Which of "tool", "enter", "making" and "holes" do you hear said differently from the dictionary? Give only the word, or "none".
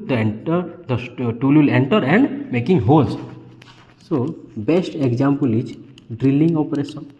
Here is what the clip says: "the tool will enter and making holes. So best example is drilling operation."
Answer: holes